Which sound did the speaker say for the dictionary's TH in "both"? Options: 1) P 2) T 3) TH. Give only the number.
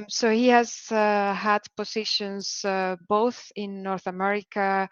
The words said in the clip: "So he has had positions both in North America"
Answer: 3